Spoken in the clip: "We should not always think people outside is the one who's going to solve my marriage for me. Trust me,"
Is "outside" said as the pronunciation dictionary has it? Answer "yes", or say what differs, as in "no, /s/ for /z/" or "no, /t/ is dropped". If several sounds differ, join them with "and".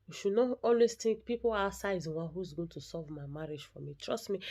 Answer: no, /d/ is dropped